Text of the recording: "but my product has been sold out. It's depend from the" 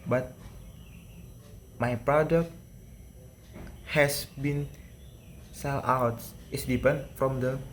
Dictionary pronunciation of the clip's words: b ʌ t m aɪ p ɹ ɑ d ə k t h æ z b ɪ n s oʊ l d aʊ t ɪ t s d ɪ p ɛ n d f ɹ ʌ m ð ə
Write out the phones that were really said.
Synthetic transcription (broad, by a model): b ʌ t m aɪ p ɹ ɑ d ə k t h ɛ s b ɪ n s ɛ l aʊ t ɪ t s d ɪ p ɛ n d f ɹ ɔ m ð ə